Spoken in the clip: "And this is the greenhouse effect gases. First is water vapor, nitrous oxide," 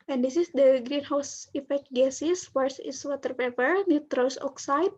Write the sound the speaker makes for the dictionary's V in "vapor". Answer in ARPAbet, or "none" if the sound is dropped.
P